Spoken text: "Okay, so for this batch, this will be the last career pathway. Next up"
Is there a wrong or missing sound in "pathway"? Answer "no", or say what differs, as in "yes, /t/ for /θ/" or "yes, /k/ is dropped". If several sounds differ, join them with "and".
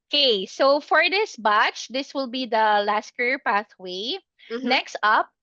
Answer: no